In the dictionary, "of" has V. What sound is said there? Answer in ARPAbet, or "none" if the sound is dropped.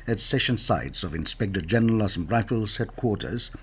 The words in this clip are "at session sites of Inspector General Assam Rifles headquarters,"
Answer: V